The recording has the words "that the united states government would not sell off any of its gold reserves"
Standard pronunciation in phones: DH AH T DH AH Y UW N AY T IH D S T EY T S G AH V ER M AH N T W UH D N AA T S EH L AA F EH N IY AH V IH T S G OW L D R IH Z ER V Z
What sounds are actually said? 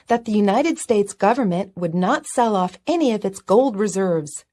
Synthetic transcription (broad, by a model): DH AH T DH AH Y UW N AY T IH D S T EY T S G AH V ER M AH N T W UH D N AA T S EH L AA F EH N IY AH V IH T S G OW L D R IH Z ER V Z